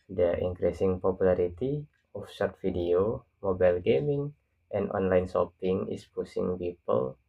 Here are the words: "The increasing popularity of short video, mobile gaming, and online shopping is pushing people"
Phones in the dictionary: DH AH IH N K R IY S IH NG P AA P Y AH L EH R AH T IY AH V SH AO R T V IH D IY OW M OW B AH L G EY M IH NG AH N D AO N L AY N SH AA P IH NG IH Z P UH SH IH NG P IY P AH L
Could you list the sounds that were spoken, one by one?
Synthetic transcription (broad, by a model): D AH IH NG K R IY S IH NG P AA P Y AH L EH R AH T IY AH F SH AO R T F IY D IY OW M OW B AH L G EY M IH NG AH N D AO N L AY N S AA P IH NG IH S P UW S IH NG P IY P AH L